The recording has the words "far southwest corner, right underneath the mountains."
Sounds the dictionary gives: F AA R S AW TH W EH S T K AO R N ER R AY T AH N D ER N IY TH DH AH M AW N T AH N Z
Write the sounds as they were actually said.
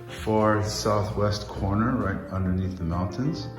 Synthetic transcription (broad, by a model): F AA R S AW TH W EH S T K AO R N ER R AY T AH N D ER N IY TH DH AH M AW N T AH N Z